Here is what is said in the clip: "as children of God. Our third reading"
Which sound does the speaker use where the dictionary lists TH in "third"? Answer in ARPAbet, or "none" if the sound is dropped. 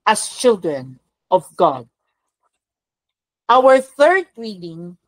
TH